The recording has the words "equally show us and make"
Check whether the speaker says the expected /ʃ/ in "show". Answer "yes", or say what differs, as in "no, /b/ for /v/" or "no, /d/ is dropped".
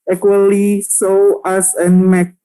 no, /s/ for /ʃ/